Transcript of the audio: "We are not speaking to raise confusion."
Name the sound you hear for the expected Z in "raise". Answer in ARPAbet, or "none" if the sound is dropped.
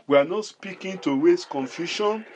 S